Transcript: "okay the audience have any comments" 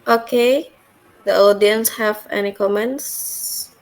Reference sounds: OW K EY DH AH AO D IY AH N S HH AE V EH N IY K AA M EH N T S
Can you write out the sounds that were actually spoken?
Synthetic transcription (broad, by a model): OW K EY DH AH AO D IY AH N S HH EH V EH N IY K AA M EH N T S